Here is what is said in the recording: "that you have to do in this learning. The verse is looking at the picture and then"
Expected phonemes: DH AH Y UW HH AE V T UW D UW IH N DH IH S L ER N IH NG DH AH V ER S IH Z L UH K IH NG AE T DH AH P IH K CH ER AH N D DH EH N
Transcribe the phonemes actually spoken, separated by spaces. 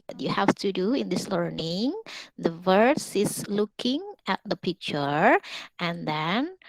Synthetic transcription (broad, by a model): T Y UW HH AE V T UW D UW IH N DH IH S L ER N IH NG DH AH V ER S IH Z L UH K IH NG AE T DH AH P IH K CH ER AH N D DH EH N